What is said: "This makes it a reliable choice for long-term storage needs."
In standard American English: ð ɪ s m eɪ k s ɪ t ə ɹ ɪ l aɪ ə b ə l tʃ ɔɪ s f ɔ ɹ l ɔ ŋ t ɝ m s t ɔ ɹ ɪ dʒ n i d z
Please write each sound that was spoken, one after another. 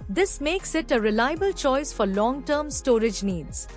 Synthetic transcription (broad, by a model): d ɪ s m eɪ k s ɪ t ə ɹ ɪ l aɪ ə b ə l tʃ ɔɪ s f ɔ ɹ l ɔ ŋ t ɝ m s t ɔ ɹ ɪ dʒ n i d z